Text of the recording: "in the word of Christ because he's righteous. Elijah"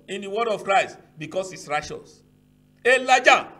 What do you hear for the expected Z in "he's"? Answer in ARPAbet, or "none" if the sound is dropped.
S